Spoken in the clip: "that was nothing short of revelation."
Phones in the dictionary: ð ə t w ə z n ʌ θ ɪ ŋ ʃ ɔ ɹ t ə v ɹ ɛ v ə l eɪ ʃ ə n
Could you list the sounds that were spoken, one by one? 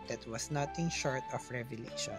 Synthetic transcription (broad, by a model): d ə t w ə s n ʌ t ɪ ŋ ʃ ɔ ɹ t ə f ɹ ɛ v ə l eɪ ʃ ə n